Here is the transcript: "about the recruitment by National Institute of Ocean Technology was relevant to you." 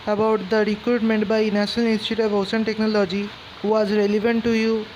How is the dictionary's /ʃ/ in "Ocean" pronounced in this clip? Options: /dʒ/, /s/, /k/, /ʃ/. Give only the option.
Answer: /s/